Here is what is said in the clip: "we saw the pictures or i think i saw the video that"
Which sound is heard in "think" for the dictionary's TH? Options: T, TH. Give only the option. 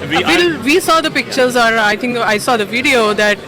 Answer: T